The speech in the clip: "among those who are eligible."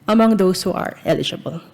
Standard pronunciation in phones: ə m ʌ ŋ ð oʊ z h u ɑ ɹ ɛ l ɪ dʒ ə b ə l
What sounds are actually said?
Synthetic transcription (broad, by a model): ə m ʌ ŋ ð oʊ s h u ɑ ɹ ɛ l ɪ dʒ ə b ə l